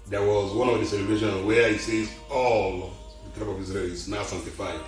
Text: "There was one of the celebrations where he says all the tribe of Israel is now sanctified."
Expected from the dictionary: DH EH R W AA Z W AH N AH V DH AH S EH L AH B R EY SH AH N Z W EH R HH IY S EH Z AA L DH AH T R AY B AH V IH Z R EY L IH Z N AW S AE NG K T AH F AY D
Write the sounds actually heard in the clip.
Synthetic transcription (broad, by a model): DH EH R W AA Z W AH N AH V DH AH S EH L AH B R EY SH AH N W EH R HH IY S EH Z AA L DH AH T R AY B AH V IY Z R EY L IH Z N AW S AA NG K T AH F AY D